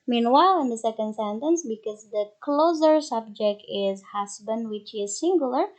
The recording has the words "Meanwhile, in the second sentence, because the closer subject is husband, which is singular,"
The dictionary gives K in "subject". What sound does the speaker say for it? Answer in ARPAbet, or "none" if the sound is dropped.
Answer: K